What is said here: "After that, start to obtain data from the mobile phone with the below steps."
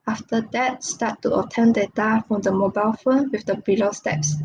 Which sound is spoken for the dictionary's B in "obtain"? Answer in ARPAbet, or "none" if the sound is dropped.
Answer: none